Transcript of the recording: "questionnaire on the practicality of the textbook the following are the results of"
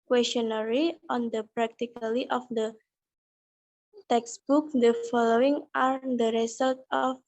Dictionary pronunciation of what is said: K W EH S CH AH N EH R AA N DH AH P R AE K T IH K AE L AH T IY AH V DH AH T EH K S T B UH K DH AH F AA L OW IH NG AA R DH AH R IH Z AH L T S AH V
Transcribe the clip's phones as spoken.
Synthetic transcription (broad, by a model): K W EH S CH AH N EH R AA N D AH P R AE K T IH K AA L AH T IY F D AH T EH K S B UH K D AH F AA L OW IH NG AA R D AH R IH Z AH L T AH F